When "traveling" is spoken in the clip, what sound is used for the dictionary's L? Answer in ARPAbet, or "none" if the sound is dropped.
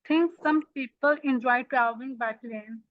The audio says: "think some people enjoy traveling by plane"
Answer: none